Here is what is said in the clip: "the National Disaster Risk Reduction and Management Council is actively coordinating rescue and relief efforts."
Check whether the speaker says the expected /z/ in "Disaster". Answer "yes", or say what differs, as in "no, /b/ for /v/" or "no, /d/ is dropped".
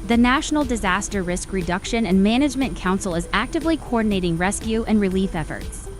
yes